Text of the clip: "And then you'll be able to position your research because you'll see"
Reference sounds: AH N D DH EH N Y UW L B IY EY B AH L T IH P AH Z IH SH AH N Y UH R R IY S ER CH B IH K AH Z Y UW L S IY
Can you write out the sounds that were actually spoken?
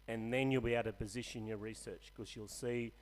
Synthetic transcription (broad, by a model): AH N DH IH N Y UW L B IY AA AH T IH P AH Z IH SH AH N Y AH R R IY S ER CH K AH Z Y UW L S IY